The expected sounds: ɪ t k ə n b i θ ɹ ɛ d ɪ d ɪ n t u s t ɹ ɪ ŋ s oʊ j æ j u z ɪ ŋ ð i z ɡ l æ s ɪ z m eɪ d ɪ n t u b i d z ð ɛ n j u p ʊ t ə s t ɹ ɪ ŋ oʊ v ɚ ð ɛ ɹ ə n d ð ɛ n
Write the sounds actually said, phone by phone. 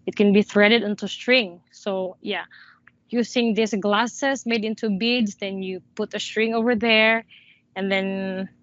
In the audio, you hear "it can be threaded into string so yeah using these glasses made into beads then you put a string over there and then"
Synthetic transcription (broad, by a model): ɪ t k ə n b i θ ɹ ɛ d ɪ d ɪ n t u s t ɹ ɪ ŋ s oʊ j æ j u s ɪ ŋ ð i s ɡ l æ s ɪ s m eɪ d ɪ n t u b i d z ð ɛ n j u p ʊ t ə s t ɹ ɪ ŋ oʊ v ɚ ð ɛ ɹ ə n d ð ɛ n